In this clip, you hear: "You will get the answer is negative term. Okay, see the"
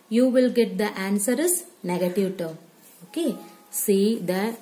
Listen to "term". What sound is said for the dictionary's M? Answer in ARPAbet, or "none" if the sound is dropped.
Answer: none